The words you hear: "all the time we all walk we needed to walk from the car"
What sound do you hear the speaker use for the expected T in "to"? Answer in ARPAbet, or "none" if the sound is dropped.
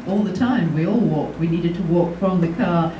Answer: T